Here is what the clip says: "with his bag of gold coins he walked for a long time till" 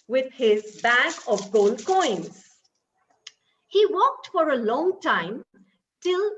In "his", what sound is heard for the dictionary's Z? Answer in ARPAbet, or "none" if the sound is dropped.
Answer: Z